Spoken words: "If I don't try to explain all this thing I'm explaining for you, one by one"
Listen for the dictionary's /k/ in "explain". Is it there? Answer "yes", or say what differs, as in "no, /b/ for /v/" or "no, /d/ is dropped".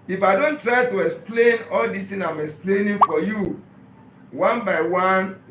yes